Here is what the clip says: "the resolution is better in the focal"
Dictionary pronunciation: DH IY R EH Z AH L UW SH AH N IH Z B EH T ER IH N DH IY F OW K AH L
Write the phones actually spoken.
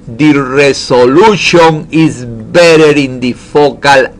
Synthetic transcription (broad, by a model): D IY R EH S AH L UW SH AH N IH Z B EH T ER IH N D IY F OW K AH L